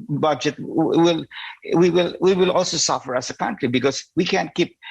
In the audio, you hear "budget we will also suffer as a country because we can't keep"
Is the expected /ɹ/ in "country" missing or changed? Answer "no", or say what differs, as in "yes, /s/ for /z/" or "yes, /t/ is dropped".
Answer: no